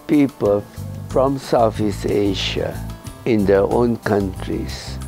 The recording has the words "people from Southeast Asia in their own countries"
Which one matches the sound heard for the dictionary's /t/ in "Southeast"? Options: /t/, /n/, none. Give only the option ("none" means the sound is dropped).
none